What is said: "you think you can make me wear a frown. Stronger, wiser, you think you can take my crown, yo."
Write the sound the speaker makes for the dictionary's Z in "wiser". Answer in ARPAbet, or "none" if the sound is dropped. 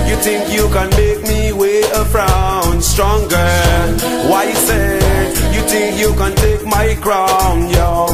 S